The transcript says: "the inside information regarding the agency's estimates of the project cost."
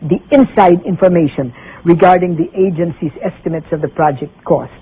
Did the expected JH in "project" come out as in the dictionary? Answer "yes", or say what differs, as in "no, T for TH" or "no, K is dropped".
yes